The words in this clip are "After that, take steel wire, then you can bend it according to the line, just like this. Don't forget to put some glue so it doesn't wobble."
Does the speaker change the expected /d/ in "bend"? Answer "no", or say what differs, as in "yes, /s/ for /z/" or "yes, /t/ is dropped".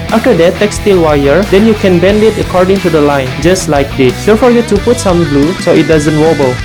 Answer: no